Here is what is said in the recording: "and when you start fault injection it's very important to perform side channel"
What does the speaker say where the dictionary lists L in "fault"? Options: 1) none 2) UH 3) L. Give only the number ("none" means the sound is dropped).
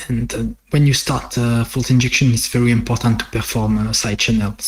3